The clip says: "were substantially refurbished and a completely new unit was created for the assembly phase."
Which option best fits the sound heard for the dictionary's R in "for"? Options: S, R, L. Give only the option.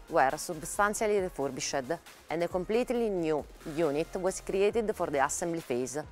R